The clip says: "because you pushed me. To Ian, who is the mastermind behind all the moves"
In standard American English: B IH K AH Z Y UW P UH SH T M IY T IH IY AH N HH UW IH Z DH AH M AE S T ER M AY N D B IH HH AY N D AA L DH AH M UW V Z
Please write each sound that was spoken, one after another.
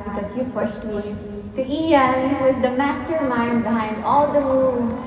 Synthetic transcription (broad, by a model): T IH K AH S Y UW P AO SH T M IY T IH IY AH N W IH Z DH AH M AE S T ER M AY N D B IH HH AY N D AA L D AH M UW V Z